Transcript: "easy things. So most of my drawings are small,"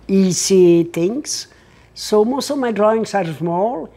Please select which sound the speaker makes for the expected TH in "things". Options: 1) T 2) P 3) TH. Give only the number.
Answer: 1